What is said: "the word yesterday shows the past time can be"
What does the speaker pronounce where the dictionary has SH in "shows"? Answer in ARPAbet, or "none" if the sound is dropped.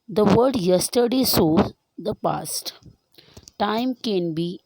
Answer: S